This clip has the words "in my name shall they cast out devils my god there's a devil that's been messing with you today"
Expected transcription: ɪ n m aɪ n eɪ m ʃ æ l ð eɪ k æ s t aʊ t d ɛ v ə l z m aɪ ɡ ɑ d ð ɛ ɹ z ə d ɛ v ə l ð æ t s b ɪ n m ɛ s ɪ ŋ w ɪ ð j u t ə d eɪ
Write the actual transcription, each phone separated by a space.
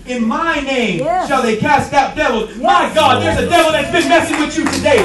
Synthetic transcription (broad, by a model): ɪ n m aɪ n eɪ m ʃ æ l ð eɪ k æ s t aʊ t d ɛ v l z m aɪ ɡ ɑ d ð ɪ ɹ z ə d ɛ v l ð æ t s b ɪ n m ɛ s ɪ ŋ w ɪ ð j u t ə d eɪ